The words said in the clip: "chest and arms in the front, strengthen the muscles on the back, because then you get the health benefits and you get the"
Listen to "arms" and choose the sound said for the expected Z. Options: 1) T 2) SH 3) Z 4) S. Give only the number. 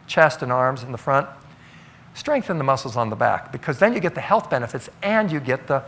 3